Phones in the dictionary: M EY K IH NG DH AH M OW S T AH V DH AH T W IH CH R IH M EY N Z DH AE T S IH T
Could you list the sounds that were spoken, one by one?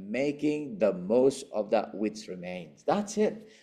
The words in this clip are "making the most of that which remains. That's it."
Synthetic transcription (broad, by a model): M EY K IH NG DH AH M OW S T AH V DH AH T W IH S R IH M EY N Z DH AE T S IH T